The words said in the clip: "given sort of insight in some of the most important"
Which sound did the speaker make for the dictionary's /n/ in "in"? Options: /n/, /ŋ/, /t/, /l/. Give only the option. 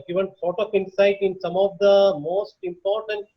/n/